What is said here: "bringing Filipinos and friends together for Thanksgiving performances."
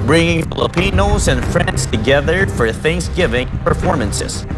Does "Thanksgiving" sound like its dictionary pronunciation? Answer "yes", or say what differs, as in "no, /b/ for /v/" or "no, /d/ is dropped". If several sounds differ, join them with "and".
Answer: yes